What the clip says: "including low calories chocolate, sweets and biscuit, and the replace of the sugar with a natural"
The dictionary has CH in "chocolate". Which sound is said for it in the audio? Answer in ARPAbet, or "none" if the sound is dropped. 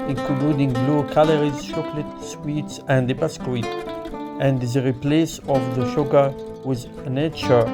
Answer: SH